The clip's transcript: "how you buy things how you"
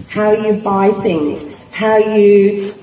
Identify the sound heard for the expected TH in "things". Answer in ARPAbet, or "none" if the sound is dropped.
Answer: TH